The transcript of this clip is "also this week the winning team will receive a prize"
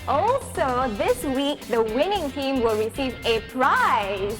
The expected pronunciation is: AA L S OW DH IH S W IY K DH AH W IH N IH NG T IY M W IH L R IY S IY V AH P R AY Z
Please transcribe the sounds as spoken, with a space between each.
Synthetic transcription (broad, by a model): AA L S OW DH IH S W IY K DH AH W IH N IH NG T IY M W IH L R IY S IY V AH P R AY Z